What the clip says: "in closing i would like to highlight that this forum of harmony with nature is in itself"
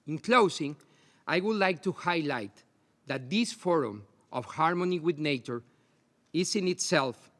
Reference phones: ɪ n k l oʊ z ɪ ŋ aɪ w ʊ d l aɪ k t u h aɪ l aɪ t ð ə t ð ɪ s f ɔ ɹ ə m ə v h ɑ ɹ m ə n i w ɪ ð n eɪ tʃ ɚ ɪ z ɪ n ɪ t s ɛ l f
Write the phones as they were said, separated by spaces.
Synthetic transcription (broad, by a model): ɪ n k l oʊ s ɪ ŋ aɪ w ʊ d l aɪ k t u h aɪ l aɪ t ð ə t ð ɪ s f ɔ ɹ ə m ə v h ɑ ɹ m ə n i w ɪ ð n eɪ tʃ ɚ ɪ s ɪ n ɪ t s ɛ l f